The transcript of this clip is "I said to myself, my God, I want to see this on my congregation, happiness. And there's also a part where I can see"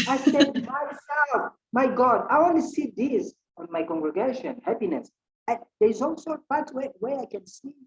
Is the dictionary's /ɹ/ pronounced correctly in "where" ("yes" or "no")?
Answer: no